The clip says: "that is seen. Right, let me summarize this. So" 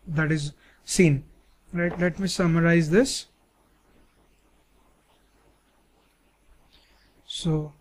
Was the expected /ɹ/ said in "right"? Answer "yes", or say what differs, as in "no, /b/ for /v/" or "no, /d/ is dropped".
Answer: no, /l/ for /ɹ/